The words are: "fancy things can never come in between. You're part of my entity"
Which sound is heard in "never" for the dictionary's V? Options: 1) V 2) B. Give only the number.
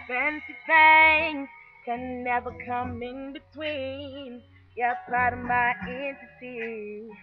1